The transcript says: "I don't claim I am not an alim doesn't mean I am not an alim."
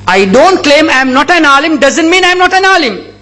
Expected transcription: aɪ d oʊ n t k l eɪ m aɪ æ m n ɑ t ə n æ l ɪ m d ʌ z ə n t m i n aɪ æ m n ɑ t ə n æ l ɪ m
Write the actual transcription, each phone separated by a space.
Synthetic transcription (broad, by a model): aɪ d oʊ n t k l eɪ m aɪ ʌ m n ɑ t ə n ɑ l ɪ m d ʌ z ə n t m i n aɪ m n ɑ t ə n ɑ l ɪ m